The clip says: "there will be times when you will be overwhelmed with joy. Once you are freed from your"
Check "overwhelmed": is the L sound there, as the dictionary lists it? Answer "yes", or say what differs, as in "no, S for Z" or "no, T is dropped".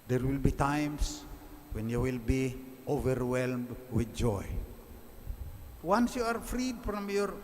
yes